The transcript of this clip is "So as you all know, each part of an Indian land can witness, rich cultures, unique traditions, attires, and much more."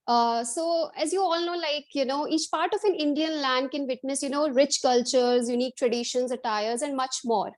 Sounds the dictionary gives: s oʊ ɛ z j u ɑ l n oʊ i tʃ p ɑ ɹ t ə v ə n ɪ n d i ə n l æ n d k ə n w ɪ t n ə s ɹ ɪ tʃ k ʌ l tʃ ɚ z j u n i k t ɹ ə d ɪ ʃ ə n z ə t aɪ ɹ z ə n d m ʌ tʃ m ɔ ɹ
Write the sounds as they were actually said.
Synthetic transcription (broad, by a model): s oʊ ɛ z j u ɑ l n oʊ i tʃ p ɑ ɹ t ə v ə n ɪ n d i ə n l æ n d k ə n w ɪ t n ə s ɹ ɪ tʃ k ʌ l tʃ ɚ z j u n i k t ɹ ə d ɪ ʃ ə n z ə t aɪ ɹ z ə n d m ʌ tʃ m ɔ ɹ